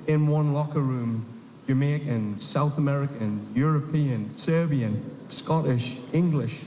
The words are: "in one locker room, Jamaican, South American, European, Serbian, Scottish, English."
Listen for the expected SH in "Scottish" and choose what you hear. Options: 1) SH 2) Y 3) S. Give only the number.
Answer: 1